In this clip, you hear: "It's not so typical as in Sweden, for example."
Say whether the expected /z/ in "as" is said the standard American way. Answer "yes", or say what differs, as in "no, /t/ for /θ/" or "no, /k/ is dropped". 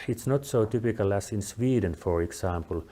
no, /s/ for /z/